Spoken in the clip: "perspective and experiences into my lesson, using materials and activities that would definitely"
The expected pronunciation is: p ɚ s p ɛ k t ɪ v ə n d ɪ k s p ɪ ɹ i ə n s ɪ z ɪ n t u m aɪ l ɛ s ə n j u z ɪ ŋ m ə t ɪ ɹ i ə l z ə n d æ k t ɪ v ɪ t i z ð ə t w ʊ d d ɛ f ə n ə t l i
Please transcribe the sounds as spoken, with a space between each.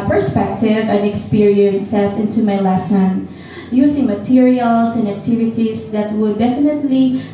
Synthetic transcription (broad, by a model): p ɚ s p ɛ k t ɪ v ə n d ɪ k s p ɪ ɹ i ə n s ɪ s ɪ n t u m aɪ l ɛ s ə n j u s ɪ ŋ m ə t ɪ ɹ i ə l s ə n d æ k t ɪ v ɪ t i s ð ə t w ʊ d d ɛ f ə n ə t l i